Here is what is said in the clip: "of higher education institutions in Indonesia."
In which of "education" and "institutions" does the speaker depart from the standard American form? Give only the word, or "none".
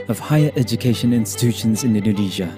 none